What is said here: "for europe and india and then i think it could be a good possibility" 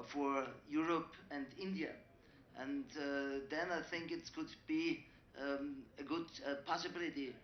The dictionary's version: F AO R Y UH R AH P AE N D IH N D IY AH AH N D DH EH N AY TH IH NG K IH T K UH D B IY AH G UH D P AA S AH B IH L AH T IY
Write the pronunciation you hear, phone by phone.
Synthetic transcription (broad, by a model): F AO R Y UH R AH P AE N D IH N D IY AH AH N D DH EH N AY TH IH NG K IH T K UH D B IY AH G UH D P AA S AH B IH L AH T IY